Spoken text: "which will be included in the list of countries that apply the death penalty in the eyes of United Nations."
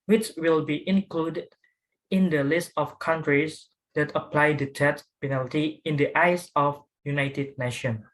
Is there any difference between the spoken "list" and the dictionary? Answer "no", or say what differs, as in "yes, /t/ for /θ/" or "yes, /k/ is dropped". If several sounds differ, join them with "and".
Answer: no